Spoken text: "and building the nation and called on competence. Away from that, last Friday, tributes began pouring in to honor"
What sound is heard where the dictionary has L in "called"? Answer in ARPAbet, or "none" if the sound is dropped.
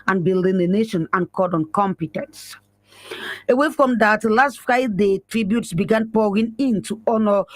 none